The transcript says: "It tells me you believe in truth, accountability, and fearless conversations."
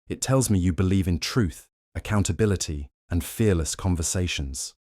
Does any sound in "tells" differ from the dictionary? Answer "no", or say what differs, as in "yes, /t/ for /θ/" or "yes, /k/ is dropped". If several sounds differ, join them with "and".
no